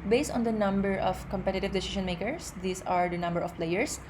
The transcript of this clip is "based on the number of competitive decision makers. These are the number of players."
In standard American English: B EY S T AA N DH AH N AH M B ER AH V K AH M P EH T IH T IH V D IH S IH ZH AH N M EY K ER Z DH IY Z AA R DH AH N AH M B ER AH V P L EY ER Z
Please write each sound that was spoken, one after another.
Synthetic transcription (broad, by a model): B EY S T AA N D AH N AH M B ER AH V K AH M P EH T IH T IH V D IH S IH SH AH N M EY K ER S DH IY S AA R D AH N AH M B ER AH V P L EY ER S